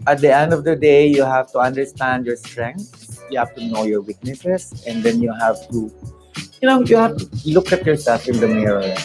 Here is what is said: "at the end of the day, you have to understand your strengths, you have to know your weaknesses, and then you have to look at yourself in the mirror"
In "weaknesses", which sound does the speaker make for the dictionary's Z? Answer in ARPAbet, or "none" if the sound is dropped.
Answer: S